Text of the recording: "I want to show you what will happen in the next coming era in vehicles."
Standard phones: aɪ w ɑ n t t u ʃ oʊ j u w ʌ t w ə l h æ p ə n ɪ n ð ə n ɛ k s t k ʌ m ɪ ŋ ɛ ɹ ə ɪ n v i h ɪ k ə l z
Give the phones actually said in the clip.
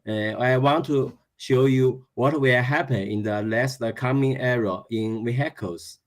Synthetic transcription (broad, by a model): aɪ w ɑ n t t u ʃ oʊ j u w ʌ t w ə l h æ p ə n ɪ n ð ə l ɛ s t k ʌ m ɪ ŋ ɛ ɹ ə ɪ n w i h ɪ k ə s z